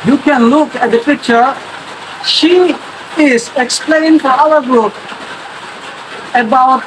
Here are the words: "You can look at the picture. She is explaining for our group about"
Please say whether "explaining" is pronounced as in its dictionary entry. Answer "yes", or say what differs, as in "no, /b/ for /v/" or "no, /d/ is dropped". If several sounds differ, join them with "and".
no, /n/ is dropped